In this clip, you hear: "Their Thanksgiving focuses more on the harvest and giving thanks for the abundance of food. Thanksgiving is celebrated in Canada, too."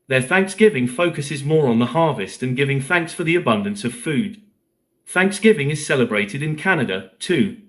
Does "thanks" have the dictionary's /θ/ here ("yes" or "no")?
yes